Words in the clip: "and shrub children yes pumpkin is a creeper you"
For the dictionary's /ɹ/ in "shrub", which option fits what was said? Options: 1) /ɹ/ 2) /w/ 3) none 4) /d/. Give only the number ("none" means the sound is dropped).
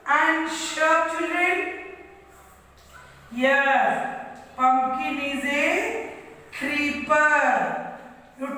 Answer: 3